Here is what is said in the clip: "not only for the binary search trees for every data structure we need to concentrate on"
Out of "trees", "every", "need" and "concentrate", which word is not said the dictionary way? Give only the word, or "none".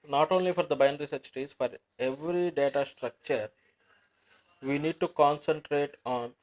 trees